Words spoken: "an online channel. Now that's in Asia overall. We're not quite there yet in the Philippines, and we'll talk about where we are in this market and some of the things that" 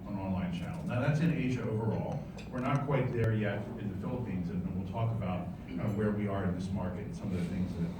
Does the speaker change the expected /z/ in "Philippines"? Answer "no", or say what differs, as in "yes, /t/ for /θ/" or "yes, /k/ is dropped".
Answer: no